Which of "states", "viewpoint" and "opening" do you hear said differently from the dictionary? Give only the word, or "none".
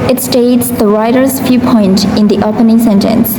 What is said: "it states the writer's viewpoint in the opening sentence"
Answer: viewpoint